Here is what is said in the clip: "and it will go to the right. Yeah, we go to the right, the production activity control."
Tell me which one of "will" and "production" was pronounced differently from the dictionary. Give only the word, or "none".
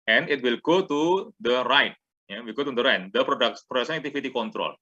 production